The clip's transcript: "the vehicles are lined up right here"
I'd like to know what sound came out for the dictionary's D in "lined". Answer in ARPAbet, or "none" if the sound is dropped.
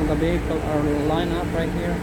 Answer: none